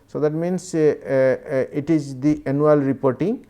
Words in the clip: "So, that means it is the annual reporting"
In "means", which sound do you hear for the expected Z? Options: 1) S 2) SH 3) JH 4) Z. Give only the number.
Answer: 1